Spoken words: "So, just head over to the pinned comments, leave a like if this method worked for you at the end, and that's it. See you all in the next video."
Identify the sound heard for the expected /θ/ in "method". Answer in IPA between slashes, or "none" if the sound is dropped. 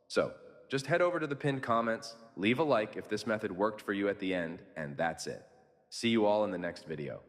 /θ/